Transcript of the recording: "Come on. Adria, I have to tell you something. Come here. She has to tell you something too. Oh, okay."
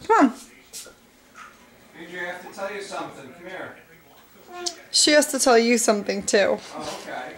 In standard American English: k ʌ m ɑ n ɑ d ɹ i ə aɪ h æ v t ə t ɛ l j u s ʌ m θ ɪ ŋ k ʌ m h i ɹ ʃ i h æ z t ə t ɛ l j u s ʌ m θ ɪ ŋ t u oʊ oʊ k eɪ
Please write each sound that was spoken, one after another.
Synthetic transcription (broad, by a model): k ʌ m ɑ n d i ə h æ f t ə t ɛ l j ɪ s ʌ m θ ɪ ŋ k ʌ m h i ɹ ʃ i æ s t ə t ɛ l j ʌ s ʌ m θ ɪ ŋ t u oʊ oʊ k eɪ